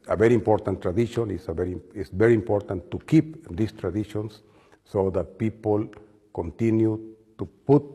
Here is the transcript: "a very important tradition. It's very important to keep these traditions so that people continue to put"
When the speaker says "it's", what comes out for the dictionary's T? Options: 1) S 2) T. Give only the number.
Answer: 1